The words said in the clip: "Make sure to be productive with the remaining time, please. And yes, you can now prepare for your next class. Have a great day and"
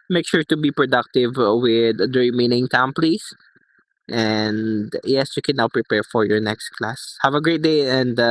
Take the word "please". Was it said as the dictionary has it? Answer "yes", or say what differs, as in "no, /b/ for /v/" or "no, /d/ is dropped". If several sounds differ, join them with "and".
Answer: no, /s/ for /z/